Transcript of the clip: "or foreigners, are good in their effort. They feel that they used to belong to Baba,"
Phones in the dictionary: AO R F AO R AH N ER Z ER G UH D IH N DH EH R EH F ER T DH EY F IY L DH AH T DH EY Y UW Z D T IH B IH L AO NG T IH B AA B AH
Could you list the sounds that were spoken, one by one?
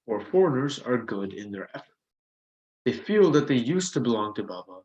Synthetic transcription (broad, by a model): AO R F AO R AH N ER Z ER G UH D IH N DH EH R EH F ER T DH EY F IY L DH AH T DH EY Y UW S T IH B IH L AO NG T IH B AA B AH